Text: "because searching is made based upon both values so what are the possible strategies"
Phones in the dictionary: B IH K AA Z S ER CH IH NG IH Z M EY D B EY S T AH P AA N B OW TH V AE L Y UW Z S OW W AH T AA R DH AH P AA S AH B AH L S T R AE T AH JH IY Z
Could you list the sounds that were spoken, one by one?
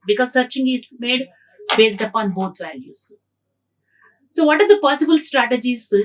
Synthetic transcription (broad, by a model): B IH K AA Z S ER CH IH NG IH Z M EY D B EY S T AH P AA N B OW T V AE L Y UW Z S OW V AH T AA R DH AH P AA S AH B AH L S T R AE T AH JH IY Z